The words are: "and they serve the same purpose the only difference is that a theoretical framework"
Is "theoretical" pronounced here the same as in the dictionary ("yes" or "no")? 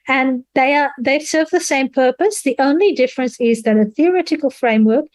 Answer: yes